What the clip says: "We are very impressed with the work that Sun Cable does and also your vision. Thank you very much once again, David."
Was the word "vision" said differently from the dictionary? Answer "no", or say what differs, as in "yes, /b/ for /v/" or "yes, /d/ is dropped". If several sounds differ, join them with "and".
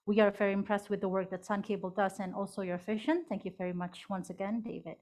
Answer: yes, /f/ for /v/ and /ʃ/ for /ʒ/